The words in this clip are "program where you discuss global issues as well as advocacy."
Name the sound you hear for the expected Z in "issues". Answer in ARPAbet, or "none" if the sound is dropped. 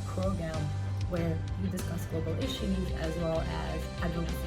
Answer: Z